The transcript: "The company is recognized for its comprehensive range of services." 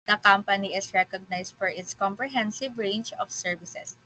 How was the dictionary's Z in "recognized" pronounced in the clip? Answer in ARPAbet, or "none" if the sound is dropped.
S